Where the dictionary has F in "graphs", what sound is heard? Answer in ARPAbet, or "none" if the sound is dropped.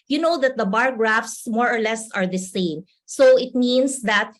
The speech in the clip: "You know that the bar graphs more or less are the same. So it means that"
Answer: F